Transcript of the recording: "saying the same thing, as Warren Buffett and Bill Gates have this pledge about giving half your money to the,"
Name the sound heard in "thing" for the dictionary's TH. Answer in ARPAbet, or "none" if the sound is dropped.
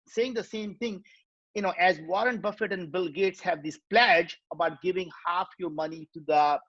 T